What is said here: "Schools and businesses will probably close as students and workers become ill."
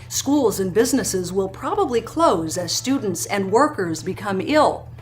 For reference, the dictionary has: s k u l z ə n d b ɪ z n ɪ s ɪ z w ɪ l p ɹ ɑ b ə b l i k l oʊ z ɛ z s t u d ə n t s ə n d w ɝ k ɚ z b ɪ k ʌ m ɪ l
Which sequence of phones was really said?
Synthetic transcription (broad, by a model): s k u l z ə n b ɪ z n ɪ s ɪ z w ɪ l p ɹ ɑ b ə b l i k l oʊ z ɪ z s t u d n t s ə n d w ɝ k ɚ z b ɪ k ʌ m ɪ l